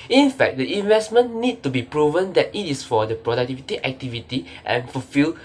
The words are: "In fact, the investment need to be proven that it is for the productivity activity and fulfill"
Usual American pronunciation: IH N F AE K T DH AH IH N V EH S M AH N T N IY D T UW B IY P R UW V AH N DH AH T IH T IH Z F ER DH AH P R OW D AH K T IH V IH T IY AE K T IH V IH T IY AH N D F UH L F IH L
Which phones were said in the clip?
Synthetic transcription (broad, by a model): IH N F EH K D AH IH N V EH S M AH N N IY D T UW B IY P R UW V AH N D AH T IH T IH S F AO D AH P R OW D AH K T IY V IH T IY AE K T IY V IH T IY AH N F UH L F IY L